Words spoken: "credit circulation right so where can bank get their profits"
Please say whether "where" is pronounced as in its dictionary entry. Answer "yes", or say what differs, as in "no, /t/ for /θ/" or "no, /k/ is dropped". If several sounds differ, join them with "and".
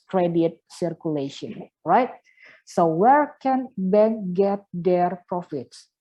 yes